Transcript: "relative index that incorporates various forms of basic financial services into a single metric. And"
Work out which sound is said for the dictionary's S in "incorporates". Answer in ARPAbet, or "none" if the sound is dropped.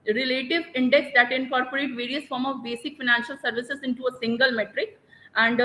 none